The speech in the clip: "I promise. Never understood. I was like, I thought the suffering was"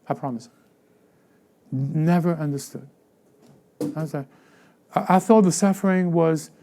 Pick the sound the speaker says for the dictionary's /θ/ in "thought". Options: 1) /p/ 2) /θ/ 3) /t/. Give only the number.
2